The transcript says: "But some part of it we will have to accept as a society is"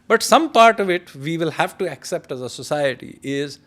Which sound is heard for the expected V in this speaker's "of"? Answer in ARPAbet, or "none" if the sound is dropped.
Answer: V